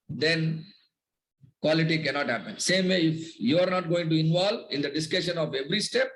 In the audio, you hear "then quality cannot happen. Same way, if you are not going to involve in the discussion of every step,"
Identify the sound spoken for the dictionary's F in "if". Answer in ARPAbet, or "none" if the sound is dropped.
F